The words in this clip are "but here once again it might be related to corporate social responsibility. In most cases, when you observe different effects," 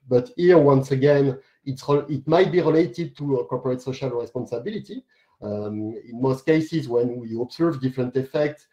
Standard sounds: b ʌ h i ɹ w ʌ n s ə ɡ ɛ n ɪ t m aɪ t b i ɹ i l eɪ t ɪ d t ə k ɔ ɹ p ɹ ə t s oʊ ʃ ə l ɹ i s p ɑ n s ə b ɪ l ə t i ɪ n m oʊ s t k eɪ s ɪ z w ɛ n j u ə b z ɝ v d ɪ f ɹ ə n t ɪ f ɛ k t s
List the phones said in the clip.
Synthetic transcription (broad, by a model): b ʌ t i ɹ w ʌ n s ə ɡ ɛ n ɪ t m aɪ t b i ɹ i l eɪ t ɪ d t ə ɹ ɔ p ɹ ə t s oʊ ʃ ə l ɹ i s p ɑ n s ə b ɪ l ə t i ɪ n m oʊ s t k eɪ s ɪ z w ɛ n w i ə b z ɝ v d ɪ f ɹ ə n t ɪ f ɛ k t s